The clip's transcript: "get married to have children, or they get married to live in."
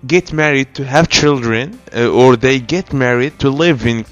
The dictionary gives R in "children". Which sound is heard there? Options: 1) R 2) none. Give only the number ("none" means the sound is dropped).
1